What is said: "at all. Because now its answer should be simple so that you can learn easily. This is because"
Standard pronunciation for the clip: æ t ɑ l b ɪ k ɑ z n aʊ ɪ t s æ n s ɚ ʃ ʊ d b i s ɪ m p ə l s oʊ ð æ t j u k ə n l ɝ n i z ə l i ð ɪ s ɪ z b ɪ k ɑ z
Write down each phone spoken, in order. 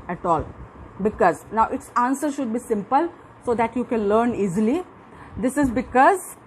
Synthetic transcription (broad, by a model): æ t ɑ l b ɪ k ɑ z n aʊ ɪ t s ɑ n s ɚ ʃ ʊ d b i s ɪ m p ə l s oʊ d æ t j u k ə n l ɝ n i z ə l i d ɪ s ɪ z b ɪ k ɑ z